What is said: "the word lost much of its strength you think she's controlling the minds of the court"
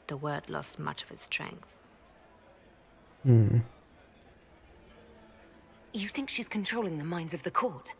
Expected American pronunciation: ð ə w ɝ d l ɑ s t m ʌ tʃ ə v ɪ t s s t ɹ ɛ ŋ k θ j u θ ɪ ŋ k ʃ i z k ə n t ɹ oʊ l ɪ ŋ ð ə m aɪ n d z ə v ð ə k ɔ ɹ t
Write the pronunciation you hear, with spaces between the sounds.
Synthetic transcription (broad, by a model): ð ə w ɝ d l ɑ s t m ʌ tʃ ə v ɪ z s s t ɹ ɛ ŋ k θ j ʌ θ ɪ ŋ k ʃ i z k ə n t ɹ oʊ l ɪ ŋ ð ə m aɪ n d z ə v ð ə k ɔ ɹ t